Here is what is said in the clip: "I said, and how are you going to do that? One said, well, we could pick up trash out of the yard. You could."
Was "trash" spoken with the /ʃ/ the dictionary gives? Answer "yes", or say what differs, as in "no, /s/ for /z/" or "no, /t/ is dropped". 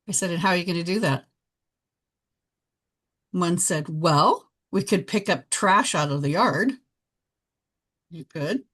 yes